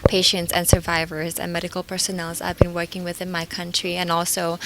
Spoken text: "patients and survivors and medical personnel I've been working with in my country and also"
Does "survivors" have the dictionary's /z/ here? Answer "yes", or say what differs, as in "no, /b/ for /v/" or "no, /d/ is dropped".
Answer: yes